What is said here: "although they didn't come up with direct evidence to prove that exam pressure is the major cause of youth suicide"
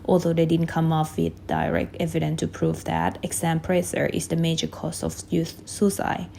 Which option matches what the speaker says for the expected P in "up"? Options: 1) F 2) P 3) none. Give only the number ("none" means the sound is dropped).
1